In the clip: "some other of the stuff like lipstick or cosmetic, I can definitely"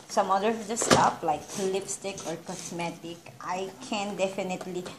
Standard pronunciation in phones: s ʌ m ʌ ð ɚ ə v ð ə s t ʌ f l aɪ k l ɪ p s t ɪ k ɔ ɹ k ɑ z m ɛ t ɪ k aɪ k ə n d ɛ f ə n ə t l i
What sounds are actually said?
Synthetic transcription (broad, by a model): s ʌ m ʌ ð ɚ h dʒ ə s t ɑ p l aɪ k l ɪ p s t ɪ k ɔ ɹ k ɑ s m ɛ t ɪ k aɪ k ə n d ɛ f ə n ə t l i